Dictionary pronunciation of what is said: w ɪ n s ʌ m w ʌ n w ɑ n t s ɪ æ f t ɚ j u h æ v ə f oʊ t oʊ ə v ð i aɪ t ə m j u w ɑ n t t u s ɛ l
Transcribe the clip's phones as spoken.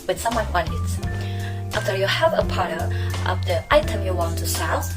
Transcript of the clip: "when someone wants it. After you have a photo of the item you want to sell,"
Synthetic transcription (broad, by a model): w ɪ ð s ʌ m w ʌ n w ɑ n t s ɪ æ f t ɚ j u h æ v ə p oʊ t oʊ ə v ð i aɪ t ə m j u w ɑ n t t u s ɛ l